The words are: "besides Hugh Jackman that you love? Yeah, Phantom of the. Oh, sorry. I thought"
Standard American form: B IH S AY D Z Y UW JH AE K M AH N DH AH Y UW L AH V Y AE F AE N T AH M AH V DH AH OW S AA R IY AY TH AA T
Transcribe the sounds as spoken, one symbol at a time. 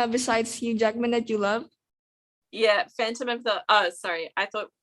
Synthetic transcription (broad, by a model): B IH S AY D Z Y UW JH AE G M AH N DH AH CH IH L AH V Y AE F AE N T AH M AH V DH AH OW S AA R IY AY TH AA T